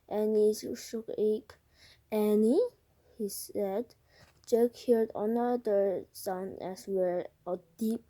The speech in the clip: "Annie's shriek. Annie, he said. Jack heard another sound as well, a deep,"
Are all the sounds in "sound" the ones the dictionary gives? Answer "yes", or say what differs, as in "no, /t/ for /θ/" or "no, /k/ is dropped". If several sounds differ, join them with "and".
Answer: no, /d/ is dropped